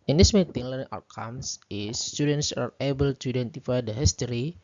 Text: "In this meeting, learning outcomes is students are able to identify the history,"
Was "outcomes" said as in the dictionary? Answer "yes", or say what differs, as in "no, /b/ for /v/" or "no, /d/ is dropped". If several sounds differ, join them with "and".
no, /s/ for /z/